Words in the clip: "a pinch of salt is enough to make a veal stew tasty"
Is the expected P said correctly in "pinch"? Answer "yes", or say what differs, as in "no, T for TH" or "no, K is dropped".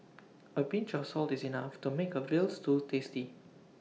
no, B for P